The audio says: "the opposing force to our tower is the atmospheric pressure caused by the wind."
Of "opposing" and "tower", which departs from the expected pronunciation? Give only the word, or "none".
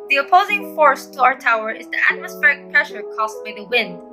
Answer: none